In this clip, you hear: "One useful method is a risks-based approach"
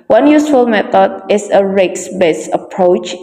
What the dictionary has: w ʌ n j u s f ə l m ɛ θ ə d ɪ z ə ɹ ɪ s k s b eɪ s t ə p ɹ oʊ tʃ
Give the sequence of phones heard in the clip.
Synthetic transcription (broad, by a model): w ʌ n j u s f ə l m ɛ t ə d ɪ s ə ɹ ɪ k s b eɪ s ə p ɹ oʊ tʃ